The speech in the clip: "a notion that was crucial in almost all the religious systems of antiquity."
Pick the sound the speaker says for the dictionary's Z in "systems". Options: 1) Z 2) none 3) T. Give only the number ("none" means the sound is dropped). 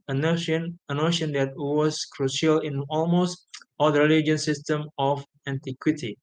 2